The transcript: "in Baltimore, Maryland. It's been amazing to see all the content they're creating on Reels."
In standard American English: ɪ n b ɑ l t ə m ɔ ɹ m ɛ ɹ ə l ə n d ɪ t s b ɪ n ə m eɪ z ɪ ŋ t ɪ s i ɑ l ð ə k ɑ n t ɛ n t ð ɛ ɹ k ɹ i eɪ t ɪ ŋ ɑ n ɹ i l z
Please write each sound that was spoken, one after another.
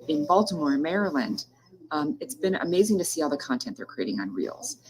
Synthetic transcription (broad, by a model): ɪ n b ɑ l t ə m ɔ ɹ m ɛ ɹ ə l ə n d ɪ t s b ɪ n ə m eɪ z ɪ ŋ t ɪ s i ɑ l ð ə k ɑ n t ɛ n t ð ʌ ɹ k ɹ i eɪ t ɪ ŋ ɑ n ɹ i l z